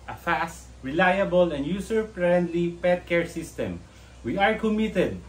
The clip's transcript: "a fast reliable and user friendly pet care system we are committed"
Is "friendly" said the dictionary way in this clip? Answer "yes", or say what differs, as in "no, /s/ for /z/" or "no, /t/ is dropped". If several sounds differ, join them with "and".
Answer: no, /p/ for /f/